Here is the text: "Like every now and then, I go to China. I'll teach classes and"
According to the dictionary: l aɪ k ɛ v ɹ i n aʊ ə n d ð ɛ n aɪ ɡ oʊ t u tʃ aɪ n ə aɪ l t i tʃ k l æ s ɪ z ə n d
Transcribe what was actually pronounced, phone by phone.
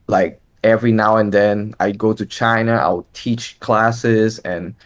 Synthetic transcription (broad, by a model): l aɪ k ɛ v ɹ i n aʊ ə n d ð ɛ n aɪ ɡ oʊ t u tʃ aɪ n ə aɪ w t i tʃ k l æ s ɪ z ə n